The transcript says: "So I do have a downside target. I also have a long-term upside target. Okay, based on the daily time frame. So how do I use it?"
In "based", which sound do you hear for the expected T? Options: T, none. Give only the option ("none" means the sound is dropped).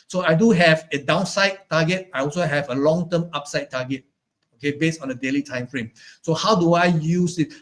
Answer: none